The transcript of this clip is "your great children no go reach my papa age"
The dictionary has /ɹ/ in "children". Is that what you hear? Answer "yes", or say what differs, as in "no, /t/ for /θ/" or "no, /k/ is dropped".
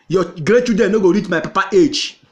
no, /ɹ/ is dropped